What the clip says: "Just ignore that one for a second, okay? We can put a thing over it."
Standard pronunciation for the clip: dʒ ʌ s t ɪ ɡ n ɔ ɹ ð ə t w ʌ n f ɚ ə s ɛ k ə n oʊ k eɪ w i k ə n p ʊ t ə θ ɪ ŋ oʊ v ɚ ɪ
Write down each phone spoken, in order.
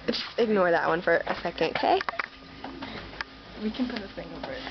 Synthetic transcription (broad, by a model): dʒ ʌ s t ɪ ɡ n ɔ ɹ ð ə t w ʌ n f ɚ ə s ɛ k ə n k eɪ w i k ə n p ʊ t ə s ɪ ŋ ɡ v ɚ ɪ